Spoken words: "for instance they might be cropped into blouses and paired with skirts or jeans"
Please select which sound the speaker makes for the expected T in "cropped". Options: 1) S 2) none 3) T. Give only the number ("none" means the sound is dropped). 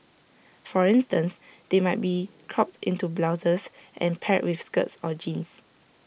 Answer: 3